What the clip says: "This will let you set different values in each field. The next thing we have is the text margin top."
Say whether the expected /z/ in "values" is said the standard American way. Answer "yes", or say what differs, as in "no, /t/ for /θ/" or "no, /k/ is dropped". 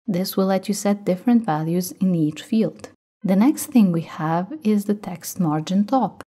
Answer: yes